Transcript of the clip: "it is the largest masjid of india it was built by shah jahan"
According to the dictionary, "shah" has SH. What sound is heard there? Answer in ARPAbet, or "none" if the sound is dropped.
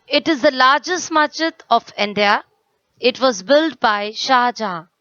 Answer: SH